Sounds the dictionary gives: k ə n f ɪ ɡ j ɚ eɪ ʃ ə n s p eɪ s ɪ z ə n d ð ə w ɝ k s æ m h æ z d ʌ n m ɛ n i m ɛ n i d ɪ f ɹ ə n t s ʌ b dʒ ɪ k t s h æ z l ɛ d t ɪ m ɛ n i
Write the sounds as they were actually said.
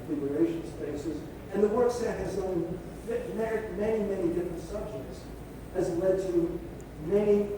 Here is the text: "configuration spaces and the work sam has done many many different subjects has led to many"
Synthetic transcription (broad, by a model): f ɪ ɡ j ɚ eɪ ʃ n s p eɪ s ɪ z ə n ð ə w ɝ k s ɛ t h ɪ z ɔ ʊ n m ɛ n i m ɛ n i d ɪ f ɹ ə n t s ʌ b dʒ ɪ k t s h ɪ z l ɛ d t ɪ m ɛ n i